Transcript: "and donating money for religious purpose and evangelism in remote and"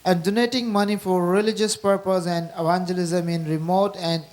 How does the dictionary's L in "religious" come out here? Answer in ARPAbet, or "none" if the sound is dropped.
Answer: L